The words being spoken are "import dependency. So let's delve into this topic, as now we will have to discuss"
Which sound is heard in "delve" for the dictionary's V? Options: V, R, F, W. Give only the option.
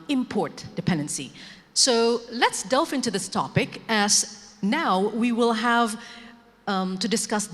F